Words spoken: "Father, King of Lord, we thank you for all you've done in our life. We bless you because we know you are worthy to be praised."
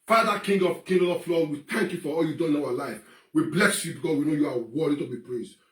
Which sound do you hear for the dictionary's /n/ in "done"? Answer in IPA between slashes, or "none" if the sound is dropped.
none